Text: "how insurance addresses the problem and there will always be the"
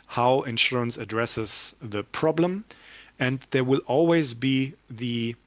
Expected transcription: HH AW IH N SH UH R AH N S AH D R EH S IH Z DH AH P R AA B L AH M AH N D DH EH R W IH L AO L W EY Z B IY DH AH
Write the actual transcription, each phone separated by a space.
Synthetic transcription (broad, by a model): HH AW IH N SH UH R AH N S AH D R EH S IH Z DH AH P R AA B L AH M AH N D DH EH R W IH L AO L W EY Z B IY DH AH